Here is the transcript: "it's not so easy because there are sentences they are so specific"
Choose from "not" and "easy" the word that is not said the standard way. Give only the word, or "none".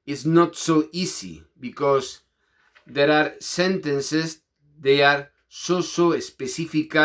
easy